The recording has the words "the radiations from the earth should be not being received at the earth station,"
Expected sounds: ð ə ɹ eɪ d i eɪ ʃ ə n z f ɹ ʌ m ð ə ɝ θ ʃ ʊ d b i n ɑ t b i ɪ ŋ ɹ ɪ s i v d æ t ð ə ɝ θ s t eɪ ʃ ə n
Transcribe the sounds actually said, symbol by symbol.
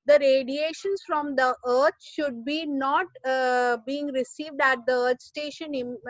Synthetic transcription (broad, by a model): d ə ɹ eɪ d i eɪ ʃ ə n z f ɹ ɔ m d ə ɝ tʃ ʃ ʊ d b i n ɑ t b i ɪ ŋ ɹ ɪ s i v d æ t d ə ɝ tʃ s t eɪ ʃ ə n